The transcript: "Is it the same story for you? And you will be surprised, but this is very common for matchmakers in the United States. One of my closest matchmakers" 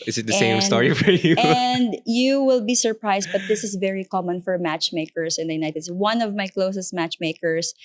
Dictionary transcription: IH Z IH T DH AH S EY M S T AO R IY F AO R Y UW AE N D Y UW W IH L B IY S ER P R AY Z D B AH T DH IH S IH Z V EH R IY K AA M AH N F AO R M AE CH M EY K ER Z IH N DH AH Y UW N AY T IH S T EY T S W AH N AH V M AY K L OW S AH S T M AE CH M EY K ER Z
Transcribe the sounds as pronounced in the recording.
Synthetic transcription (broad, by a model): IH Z IH T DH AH S EY M S T AO R IY F AO R Y UW N D Y UW W IH L B IY S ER P R AY S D B AH T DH IH S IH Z V EH R IY K AA M AH N F AO R M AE CH M EY K ER S IH N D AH Y UW N AY T IH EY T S W AH N AH V M AY K L OW S AH S T M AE CH M EY K ER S